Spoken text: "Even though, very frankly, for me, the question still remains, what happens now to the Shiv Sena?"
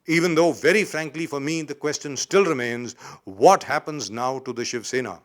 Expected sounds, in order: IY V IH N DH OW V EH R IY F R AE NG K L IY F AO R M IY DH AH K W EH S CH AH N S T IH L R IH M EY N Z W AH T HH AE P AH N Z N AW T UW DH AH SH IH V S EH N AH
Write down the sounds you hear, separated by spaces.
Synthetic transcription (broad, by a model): IY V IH N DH OW V EH R IY F R AE NG K L IY F AO R M IY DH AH K W EH S CH AH N S T IH L R IH M EY N Z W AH T HH AE P AH N Z N AW T UW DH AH SH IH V S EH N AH